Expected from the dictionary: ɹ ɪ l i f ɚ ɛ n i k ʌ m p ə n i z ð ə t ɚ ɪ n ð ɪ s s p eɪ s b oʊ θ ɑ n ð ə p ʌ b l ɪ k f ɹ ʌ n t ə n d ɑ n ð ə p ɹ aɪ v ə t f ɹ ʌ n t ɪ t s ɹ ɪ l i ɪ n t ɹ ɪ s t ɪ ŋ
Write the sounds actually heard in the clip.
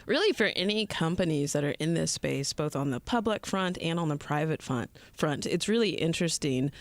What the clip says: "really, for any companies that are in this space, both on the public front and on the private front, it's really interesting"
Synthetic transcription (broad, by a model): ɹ ɪ l i f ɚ ɛ n i k ʌ m p ə n i z ð ə t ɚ ɪ n ð ɪ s s p eɪ s b oʊ θ n ð ə p ʌ b l ɪ k f ɹ ʌ n t ə n d n ð ə p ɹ aɪ v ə t f ɹ ʌ n t ɪ t s ɹ ɪ l i ɪ n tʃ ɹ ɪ s t ɪ ŋ